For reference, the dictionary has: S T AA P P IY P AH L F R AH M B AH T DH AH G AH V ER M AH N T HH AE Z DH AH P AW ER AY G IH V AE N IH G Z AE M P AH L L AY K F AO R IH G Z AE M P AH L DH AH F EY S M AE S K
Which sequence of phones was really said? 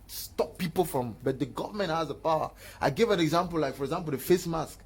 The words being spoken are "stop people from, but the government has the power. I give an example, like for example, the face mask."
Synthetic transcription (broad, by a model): S T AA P P IY P AH L F R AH M B AH T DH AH G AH V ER M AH N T HH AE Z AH P AW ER AY G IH V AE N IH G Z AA M P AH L L AY K F AO R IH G Z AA M P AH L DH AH F EY S M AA S K